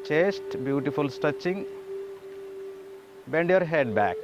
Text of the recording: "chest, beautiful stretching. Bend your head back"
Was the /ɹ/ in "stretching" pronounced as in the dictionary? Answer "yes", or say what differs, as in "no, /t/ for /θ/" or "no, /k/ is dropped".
no, /ɹ/ is dropped